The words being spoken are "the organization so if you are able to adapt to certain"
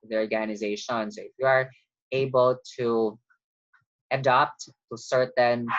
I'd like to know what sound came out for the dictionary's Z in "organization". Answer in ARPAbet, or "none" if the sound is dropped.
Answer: Z